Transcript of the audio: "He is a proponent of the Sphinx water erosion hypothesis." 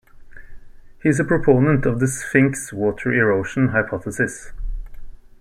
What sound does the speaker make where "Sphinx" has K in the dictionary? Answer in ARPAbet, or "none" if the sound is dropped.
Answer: K